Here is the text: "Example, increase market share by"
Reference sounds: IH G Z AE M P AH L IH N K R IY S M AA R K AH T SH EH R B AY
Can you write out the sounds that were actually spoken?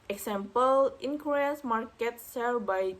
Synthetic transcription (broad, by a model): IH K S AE M P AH L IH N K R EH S M AA R K AH T S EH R B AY